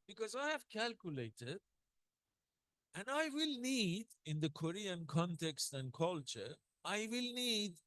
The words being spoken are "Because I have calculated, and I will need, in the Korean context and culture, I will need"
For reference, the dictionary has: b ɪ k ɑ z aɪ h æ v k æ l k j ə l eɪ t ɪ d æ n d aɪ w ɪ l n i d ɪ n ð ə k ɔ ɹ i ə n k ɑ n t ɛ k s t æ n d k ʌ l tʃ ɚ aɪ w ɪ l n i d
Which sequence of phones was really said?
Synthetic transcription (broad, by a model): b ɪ k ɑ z aɪ h æ v k æ l k j ə l eɪ t ɪ d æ n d aɪ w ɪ l n i d ɪ n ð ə k ɔ ɹ i ə n k ɑ n t ɛ k s t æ n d k ʌ l tʃ ɚ aɪ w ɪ l n i d